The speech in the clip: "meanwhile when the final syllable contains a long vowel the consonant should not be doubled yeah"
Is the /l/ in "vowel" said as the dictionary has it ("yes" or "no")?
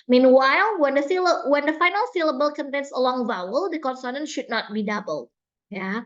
yes